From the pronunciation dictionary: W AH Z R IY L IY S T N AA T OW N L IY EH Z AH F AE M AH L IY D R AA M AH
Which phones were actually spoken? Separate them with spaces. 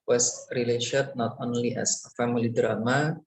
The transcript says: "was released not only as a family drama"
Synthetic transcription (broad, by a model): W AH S R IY L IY SH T N AA T OW N L IY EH S AH F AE M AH L IY D R AA M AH